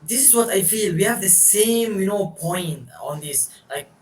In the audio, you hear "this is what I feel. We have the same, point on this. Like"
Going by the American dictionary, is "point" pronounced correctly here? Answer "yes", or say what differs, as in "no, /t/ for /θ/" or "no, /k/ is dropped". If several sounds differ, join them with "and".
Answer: yes